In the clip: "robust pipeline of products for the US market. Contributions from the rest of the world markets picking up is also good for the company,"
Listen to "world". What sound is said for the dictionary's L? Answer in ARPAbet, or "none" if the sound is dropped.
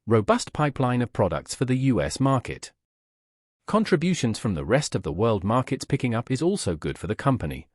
L